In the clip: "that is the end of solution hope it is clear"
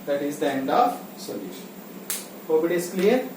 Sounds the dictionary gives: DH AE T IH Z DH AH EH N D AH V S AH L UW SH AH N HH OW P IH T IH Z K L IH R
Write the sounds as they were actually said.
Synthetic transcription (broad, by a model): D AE T IH Z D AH EH N D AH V S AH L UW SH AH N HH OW B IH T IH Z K L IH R